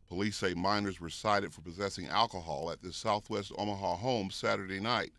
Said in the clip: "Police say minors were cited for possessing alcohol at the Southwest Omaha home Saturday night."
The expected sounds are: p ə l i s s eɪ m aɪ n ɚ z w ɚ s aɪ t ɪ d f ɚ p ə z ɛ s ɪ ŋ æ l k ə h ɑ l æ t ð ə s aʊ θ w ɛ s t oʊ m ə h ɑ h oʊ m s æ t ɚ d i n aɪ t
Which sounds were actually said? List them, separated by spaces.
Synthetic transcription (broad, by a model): p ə l i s s eɪ m aɪ n ɚ z w ɚ s aɪ t ɪ d f ɚ p ə z ɛ s ɪ ŋ æ l k ə h ɑ l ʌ t ð ə s aʊ θ w ɛ s t oʊ m ə h ɑ h oʊ m s æ t ɚ d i n aɪ t